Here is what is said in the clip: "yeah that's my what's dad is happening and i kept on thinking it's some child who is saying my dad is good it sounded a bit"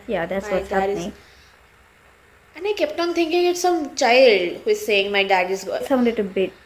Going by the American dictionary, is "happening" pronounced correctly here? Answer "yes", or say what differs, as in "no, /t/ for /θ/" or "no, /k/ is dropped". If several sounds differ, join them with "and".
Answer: no, /p/ is dropped